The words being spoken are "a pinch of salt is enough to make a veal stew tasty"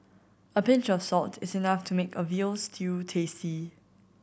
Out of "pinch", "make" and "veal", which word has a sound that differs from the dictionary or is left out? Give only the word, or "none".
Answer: none